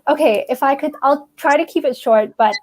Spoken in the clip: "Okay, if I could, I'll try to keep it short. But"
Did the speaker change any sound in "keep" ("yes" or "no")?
no